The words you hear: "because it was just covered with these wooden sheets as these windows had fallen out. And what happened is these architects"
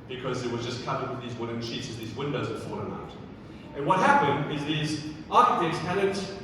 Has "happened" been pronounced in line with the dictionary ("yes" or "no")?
yes